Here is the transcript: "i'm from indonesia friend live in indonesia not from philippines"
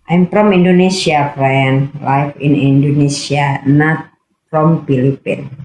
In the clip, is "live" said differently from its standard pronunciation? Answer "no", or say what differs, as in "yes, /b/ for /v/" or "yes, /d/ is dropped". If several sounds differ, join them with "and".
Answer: yes, /f/ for /v/